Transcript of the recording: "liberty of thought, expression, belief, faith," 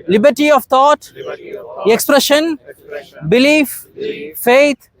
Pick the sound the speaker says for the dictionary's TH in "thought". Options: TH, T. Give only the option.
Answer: T